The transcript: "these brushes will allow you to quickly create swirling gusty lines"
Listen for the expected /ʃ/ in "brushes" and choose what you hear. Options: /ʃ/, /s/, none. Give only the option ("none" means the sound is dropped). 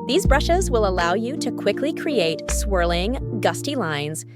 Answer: /ʃ/